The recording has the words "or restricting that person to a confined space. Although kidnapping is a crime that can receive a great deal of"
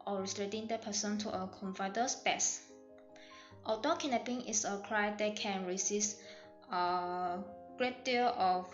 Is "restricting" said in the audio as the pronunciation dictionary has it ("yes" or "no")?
no